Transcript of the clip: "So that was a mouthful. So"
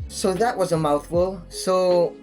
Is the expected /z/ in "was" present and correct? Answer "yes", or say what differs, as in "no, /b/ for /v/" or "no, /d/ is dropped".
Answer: yes